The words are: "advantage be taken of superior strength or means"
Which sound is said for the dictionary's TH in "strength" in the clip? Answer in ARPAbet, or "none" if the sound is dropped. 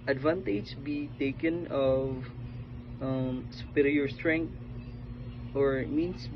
T